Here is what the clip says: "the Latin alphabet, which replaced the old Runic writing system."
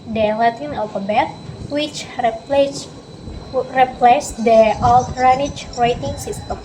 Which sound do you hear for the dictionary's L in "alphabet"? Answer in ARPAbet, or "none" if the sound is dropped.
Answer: none